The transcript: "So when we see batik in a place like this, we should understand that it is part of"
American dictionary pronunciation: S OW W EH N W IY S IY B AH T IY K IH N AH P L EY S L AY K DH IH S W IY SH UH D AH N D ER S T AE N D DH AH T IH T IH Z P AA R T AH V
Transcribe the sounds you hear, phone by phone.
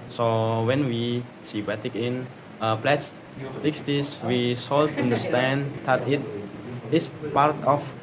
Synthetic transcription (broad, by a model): S OW W EH N W IY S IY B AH T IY K IH N AH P L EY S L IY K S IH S W IY S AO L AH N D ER S T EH N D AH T IH T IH S P AA R T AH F